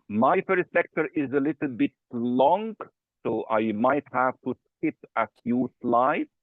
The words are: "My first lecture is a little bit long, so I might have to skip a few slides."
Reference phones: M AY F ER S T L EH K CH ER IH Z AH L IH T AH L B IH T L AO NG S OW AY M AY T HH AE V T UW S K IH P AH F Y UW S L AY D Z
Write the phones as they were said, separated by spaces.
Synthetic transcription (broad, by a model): M AY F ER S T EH K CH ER IH Z AH L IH T L B IH T L AO NG S OW AY M AY T HH AE V T UW S K IH P AH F Y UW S L AY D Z